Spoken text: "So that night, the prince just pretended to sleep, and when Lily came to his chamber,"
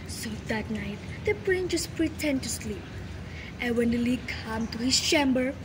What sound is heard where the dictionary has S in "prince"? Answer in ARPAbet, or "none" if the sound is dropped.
none